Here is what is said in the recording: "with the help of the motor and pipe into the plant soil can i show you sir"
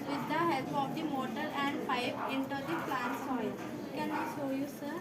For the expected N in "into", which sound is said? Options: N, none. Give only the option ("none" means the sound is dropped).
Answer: N